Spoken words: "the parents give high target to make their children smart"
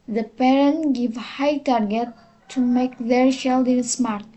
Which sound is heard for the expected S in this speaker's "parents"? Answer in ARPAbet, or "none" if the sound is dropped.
none